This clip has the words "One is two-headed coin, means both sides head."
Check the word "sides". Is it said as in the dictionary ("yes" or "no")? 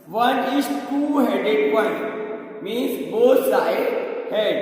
no